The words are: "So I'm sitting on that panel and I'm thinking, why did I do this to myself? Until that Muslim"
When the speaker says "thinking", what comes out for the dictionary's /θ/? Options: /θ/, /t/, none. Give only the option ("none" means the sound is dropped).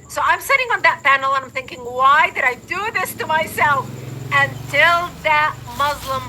/θ/